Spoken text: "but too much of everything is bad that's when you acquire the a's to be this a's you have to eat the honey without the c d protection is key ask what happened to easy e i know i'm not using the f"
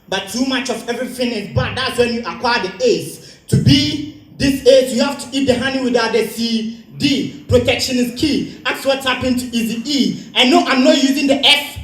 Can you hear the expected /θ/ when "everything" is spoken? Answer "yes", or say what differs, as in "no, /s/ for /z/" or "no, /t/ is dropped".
no, /f/ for /θ/